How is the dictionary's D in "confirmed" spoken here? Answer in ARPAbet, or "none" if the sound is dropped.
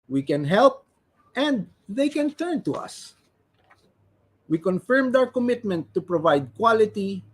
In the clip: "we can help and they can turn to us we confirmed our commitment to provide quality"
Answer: D